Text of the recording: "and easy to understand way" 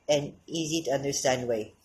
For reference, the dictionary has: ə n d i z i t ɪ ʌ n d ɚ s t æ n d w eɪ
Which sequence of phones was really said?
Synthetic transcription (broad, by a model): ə n i z i t ɪ ʌ n d ɚ s t æ n d w eɪ